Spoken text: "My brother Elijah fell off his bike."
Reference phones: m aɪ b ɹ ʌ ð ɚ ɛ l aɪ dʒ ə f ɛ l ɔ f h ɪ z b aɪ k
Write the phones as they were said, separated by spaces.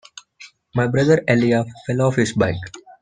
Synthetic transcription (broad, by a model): m aɪ b ɹ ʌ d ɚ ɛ l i ə f ɛ l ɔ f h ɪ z b aɪ k